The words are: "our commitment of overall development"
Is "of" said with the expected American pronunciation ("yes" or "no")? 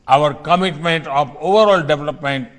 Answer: no